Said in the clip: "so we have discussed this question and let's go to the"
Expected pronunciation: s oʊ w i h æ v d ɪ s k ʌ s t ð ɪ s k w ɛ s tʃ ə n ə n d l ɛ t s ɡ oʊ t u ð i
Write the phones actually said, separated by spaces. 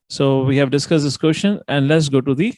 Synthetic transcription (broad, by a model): s oʊ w i h æ v d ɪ s k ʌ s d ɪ s k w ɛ ʃ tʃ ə n ə n d l ɛ t s ɡ oʊ t u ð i